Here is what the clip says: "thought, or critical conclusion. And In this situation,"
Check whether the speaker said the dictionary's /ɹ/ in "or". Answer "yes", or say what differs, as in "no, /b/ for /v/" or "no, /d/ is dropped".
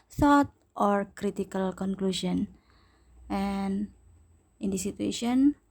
yes